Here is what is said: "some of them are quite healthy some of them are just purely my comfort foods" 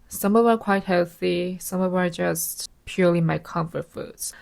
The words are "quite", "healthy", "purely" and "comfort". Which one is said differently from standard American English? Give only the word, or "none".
none